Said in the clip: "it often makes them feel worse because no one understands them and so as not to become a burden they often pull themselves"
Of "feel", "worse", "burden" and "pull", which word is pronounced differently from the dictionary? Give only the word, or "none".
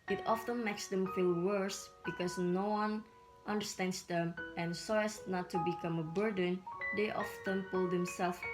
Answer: none